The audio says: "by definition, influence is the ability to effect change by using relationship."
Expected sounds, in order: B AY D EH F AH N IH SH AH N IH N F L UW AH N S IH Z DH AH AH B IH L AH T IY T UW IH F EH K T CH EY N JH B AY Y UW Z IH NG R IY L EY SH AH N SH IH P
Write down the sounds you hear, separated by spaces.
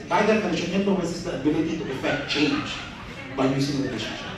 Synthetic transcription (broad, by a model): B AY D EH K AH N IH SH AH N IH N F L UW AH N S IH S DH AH AH B IH L AH T IY T UW IH F EH K T CH EY N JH B AY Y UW S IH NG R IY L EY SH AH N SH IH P